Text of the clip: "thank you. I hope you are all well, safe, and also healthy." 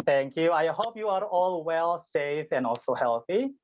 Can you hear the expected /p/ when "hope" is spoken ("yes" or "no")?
no